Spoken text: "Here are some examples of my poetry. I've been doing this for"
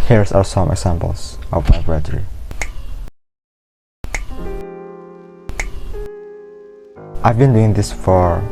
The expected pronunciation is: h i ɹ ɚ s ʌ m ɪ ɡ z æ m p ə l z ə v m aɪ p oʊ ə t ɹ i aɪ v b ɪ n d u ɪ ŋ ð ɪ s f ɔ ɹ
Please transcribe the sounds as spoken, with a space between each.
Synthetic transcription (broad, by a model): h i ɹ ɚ s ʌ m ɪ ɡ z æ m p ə l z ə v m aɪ b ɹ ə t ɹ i aɪ v b ɪ n d u ɪ ŋ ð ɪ s f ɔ ɹ